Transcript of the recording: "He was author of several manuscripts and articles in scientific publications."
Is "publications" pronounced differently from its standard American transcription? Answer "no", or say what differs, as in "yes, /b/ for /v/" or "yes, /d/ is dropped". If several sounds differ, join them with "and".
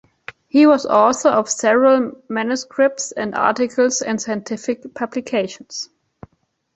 yes, /s/ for /z/